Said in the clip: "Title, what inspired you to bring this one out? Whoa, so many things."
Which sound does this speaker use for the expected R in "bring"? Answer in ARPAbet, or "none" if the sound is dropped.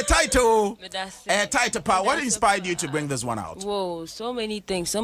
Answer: R